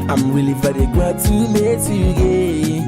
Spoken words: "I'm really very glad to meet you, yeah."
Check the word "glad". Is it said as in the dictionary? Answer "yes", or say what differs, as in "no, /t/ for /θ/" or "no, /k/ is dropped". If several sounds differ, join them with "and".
no, /l/ is dropped